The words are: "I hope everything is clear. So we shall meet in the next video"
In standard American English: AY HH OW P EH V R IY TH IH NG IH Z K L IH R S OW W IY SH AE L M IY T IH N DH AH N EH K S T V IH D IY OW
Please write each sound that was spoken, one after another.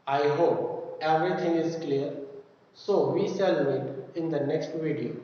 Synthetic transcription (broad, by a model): AY HH OW P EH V R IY T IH NG IH Z K L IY R S OW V IY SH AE L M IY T IH N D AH N EH K S T V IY D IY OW